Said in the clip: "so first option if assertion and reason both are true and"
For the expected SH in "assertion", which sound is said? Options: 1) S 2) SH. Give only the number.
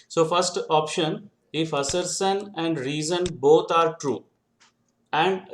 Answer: 1